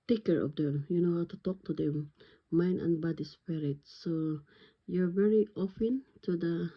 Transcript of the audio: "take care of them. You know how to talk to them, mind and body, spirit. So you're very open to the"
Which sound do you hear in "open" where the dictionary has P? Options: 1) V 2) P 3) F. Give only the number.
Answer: 3